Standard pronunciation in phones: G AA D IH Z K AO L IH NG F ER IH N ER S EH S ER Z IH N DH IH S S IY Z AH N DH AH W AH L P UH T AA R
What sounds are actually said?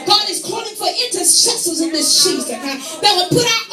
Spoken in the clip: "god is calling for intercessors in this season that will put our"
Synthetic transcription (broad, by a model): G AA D IH Z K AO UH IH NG F ER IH N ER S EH S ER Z IH N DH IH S SH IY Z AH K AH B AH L P UH T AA